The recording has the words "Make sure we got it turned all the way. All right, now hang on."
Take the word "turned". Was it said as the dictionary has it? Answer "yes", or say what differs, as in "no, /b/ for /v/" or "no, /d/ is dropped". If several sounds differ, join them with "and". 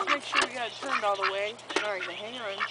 yes